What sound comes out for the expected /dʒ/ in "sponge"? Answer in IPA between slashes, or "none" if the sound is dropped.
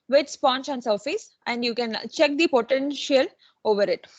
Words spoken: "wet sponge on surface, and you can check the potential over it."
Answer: /tʃ/